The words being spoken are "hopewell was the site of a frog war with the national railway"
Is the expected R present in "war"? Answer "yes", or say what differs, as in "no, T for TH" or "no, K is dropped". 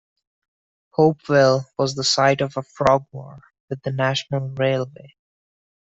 yes